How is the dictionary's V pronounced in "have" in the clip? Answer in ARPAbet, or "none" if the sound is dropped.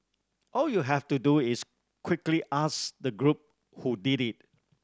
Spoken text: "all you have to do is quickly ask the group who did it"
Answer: F